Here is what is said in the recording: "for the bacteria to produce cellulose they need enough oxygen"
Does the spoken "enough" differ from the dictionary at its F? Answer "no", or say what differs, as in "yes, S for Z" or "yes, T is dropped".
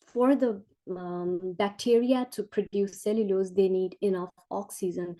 no